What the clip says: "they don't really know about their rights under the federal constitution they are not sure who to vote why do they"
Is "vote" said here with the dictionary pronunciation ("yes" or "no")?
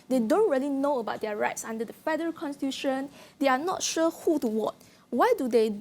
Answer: no